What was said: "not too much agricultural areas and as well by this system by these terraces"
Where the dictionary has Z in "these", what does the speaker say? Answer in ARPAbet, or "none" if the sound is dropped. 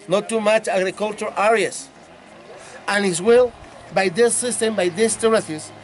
S